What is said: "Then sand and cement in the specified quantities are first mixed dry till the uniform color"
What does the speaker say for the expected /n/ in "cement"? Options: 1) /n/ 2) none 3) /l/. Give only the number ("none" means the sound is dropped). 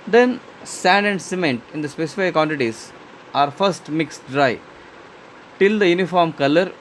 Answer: 1